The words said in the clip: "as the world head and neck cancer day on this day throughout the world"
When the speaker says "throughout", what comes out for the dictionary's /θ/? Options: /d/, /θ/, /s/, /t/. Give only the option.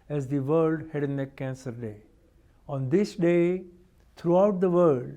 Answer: /t/